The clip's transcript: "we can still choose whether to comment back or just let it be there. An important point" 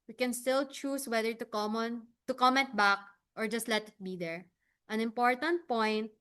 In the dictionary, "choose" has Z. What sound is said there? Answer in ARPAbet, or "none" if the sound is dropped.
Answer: S